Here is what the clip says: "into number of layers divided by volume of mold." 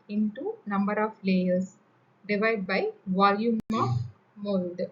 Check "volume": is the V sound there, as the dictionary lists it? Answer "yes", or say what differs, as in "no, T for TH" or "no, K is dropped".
yes